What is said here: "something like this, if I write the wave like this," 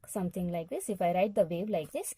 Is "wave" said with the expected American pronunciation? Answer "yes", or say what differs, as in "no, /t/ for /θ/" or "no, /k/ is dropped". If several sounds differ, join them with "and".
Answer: no, /b/ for /v/